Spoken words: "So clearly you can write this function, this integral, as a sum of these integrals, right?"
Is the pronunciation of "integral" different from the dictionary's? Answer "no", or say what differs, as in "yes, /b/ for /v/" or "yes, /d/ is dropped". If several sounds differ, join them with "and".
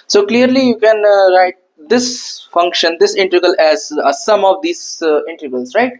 yes, /ɹ/ is dropped